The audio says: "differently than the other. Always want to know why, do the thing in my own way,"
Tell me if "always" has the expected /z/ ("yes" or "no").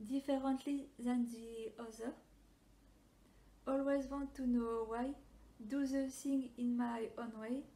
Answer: yes